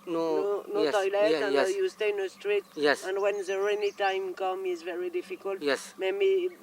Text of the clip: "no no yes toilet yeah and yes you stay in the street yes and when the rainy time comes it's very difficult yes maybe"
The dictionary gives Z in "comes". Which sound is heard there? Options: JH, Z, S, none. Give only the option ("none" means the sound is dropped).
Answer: none